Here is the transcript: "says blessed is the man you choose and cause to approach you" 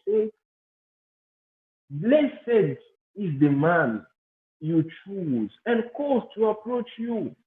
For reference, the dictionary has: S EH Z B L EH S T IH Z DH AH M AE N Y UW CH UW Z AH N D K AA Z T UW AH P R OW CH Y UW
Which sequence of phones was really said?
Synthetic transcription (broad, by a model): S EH B L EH S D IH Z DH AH M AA N Y UW CH UW Z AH N K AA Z T UW AH P R OW CH Y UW